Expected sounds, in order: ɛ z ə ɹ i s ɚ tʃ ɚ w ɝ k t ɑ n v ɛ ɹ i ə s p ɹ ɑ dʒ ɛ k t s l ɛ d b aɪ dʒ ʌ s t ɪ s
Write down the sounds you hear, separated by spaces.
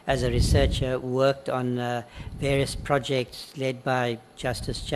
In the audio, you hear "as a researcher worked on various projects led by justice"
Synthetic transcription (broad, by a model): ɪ z ə ɹ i s ɚ tʃ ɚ w ɝ k t n v ɛ ɹ i ə s p ɹ ɑ dʒ ɛ k t s l ɛ d b aɪ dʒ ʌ s t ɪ s